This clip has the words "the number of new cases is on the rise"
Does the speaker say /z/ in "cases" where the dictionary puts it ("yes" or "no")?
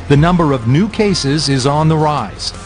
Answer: yes